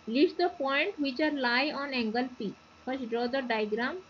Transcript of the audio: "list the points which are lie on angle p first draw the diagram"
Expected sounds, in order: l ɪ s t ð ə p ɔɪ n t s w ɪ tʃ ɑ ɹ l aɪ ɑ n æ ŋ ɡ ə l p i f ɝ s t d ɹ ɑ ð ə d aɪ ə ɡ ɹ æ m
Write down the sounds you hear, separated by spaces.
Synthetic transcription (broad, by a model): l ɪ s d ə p ɔɪ n t w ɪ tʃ ɑ ɹ l aɪ ɑ n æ ŋ ɡ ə l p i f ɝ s d ɹ ɑ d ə d aɪ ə ɡ ɹ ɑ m